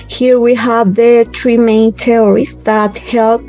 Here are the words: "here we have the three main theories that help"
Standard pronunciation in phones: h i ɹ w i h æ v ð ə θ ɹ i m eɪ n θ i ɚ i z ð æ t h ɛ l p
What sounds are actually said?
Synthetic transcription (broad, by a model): h i ɹ w i h æ v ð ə t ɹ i m eɪ n t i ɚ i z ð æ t h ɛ l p